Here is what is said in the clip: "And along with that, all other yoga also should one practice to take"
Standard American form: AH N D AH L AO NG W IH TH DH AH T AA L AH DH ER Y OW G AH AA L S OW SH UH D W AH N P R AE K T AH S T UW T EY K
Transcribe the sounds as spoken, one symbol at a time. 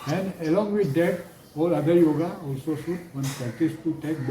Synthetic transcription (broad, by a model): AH N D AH L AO NG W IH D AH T AA L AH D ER Y OW G AH AA L S OW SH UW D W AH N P AE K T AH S T UW T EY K